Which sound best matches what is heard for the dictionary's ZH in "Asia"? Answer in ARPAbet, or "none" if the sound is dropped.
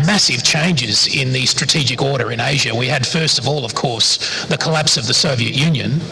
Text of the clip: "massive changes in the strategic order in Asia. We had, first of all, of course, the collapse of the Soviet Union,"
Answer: ZH